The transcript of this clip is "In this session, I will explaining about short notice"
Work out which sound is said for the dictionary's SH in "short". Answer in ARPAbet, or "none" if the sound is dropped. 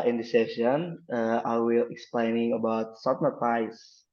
S